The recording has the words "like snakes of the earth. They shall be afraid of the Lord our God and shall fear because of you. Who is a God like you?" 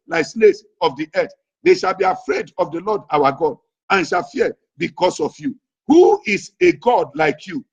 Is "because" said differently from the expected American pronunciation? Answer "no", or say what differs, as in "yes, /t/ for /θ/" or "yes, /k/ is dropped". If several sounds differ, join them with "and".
yes, /s/ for /z/